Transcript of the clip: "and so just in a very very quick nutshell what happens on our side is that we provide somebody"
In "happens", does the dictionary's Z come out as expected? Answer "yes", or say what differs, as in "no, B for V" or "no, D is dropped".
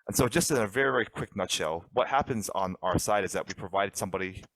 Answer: yes